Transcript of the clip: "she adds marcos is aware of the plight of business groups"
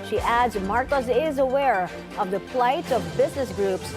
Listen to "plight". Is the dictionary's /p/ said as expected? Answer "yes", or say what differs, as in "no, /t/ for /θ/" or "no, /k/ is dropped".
no, /f/ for /p/